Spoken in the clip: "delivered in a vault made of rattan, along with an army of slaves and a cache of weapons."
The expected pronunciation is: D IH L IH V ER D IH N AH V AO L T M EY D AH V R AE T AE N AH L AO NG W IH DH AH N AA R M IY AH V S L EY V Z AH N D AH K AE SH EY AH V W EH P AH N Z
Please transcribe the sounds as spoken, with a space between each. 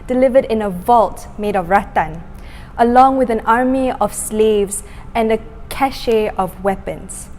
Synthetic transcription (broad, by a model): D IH L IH V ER D IH N AH V AO L T M EY D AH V R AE T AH N AH L AO NG W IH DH AH N AA R M IY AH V S L EY V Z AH N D AH K AE SH EY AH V W EH P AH N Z